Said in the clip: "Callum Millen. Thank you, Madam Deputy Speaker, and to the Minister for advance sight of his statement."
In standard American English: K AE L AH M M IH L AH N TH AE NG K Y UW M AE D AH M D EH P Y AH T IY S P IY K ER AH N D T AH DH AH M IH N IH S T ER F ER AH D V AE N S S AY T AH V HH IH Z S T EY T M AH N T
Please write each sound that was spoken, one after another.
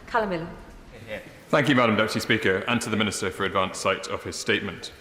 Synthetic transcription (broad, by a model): K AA L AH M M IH L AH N TH AE NG K Y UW M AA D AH M D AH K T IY S P IY K ER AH N T AH DH AH M IH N IH S T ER F ER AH D V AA N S S AY T AH V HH IH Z S T EY T M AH N T